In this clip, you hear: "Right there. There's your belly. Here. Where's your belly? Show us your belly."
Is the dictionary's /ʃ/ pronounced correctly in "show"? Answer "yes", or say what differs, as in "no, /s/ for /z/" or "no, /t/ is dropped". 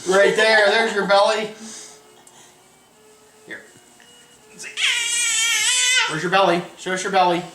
no, /s/ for /ʃ/